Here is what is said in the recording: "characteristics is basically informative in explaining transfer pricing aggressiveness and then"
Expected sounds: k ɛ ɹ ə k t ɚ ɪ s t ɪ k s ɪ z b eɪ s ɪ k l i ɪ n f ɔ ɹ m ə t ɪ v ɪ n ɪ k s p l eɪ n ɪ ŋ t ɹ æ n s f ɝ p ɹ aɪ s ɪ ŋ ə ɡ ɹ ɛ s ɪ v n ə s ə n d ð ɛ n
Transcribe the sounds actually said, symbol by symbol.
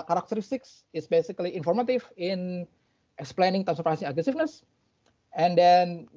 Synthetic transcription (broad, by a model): k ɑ ɹ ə k t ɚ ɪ s t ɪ k s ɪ s b eɪ s ɪ k l i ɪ n f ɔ ɹ m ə t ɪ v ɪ n ɪ k s p l eɪ n ɪ ŋ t æ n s ɝ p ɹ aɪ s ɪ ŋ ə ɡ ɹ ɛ s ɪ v n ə s ə n d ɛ n